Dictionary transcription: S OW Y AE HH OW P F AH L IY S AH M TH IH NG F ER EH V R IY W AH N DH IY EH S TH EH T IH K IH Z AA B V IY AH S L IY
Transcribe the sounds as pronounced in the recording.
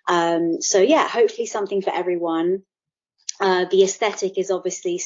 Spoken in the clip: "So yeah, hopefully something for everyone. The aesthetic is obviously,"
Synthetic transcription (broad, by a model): S OW Y AE HH OW P F AH L IY S AH M TH IH NG F ER EH V R IY W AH N DH IY EH S TH EH T IH K IH Z AA B V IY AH S L IY